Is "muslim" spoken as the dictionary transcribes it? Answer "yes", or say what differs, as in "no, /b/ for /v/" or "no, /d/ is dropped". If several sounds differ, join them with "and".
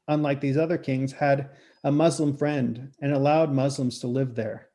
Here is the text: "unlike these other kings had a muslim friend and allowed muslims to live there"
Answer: yes